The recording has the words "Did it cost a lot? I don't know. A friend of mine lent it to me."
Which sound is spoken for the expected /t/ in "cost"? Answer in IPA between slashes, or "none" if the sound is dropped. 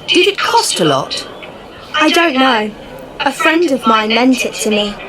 /t/